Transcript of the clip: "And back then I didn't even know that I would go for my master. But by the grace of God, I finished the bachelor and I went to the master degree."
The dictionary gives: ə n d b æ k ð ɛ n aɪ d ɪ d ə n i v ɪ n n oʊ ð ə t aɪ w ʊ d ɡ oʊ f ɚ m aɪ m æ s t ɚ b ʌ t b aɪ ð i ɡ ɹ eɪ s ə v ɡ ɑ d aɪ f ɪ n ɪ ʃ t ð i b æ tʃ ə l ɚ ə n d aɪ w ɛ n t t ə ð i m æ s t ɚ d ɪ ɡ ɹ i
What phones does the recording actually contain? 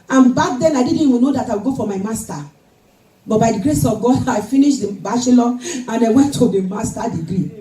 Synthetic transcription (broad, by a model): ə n b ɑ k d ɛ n aɪ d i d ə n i w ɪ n n oʊ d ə t aɪ w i ɡ oʊ f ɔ m aɪ m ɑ s t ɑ b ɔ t b aɪ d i ɡ ɹ eɪ s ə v ɡ ɑ d aɪ f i n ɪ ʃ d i b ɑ s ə l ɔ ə n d aɪ w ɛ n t t ə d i m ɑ s t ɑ d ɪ ɡ ɹ i